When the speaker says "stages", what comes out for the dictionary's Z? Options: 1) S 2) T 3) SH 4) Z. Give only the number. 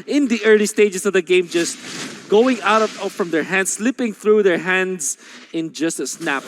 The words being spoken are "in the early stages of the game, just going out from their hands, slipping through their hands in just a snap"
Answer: 1